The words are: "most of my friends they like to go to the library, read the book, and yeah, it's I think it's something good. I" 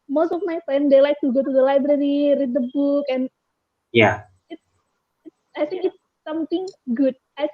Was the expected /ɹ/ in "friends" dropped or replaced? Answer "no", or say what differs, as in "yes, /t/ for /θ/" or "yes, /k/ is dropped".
yes, /ɹ/ is dropped